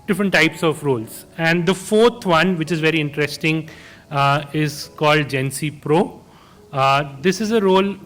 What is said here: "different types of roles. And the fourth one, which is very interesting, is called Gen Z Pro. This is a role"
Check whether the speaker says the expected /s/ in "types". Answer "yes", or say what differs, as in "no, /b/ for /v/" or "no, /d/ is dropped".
yes